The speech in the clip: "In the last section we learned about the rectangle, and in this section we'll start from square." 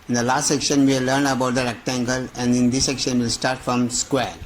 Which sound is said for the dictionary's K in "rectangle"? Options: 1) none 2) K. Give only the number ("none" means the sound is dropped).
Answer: 2